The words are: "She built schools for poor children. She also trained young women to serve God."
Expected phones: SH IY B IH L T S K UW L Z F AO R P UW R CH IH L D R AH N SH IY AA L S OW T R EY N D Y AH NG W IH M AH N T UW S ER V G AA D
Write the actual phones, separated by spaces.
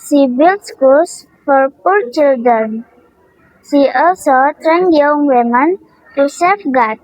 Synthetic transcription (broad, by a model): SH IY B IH L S K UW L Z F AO R P UW R CH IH L D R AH N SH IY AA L S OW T R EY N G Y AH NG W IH M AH N T UW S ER F G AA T